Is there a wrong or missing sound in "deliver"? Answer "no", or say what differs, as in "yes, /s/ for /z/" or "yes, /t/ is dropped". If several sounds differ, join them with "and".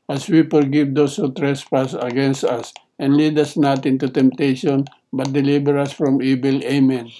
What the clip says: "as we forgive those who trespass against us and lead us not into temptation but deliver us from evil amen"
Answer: yes, /b/ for /v/